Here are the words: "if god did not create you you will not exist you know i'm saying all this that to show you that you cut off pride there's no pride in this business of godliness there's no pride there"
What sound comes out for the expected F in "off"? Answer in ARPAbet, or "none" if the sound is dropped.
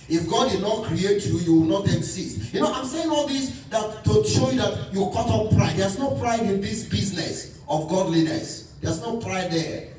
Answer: P